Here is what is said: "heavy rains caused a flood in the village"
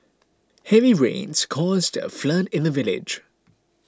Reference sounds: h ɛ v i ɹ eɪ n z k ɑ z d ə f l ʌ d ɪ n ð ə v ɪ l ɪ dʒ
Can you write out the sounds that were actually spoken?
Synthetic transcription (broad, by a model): h ɛ v i ɹ eɪ n z k ɑ z d ə f l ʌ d ɪ n ð ə v ɪ l ɪ dʒ